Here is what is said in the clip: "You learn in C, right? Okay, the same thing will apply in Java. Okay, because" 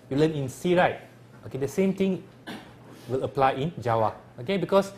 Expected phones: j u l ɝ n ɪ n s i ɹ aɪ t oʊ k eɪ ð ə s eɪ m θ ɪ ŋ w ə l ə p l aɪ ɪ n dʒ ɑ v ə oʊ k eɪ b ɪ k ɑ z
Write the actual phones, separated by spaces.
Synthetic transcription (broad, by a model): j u l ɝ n ɪ n s i ɹ aɪ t oʊ k eɪ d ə s eɪ m t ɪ ŋ w ə l ə p l aɪ ɪ n dʒ ɑ w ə oʊ k eɪ b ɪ k ɑ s